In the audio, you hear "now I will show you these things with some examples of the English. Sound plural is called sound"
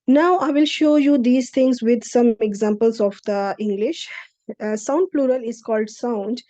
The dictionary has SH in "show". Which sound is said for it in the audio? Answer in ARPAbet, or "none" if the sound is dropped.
SH